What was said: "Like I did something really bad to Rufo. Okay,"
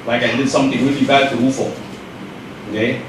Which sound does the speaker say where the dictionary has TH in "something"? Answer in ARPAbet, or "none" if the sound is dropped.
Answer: T